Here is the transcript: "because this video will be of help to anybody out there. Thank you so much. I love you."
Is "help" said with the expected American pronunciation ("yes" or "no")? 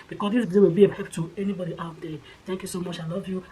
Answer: no